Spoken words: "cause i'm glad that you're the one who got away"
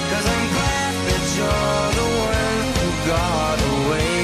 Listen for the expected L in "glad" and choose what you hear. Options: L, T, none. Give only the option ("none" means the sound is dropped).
none